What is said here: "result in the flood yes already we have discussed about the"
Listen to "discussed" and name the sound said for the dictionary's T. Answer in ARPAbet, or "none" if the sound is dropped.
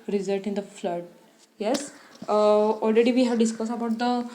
none